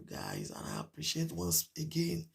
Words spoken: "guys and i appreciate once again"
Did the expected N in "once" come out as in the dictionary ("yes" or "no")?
yes